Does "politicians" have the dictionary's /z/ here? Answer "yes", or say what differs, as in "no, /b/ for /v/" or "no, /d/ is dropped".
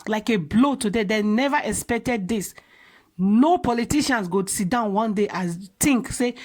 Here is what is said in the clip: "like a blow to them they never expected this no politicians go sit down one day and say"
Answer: no, /s/ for /z/